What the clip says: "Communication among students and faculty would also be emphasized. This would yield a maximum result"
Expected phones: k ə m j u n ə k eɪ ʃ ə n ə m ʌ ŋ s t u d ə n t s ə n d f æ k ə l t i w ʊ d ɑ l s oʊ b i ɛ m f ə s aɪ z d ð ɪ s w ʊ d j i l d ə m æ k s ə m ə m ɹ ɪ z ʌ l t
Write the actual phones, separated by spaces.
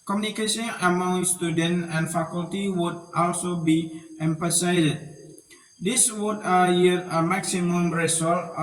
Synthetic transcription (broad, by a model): k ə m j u n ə k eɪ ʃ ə n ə m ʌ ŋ s t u d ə n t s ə n f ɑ k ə l t i w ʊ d ɑ l s oʊ b i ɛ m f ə s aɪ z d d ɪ s w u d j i d ə m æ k s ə m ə m ɹ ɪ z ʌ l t